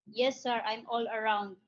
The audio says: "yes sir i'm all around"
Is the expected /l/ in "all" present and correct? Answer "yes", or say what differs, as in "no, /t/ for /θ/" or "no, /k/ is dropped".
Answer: yes